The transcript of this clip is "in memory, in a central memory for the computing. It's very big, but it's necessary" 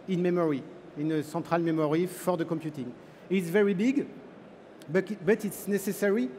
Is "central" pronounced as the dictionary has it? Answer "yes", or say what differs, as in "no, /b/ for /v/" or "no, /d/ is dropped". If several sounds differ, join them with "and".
no, /n/ is dropped